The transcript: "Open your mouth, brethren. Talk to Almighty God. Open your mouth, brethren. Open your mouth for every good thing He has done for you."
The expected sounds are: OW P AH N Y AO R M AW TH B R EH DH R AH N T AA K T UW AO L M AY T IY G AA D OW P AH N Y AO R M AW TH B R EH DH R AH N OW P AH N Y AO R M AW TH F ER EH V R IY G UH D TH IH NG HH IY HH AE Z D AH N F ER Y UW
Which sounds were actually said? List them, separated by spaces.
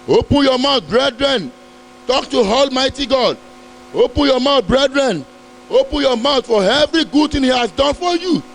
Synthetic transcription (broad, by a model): OW P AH N Y AO M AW T B R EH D R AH N T AA K T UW AO L M AY T IY G AA D OW P AH N Y AO M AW T B R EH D R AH N OW P AH N Y AO M AW T F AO EH V R IY G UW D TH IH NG HH IY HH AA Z D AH N F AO Y UW